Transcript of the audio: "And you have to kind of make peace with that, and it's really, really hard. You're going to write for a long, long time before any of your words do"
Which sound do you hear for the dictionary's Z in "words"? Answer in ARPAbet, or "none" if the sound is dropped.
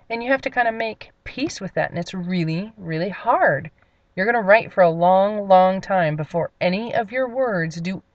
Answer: Z